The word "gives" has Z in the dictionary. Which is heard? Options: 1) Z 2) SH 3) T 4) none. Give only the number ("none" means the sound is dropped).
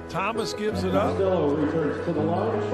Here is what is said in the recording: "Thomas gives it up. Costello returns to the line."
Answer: 1